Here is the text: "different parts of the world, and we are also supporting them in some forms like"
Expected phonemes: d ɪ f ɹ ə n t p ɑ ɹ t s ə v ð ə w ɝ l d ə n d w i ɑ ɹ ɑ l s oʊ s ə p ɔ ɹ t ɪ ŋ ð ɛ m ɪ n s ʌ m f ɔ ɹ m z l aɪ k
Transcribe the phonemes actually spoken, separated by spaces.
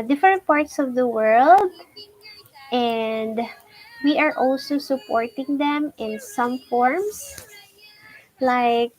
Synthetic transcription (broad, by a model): d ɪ f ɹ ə n t p ɑ ɹ t s ə v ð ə w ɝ l d ə n d w i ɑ ɹ ɑ l s oʊ s ə p ɔ ɹ t ɪ ŋ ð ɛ m ɪ n s ʌ m f ɔ ɹ m s l aɪ k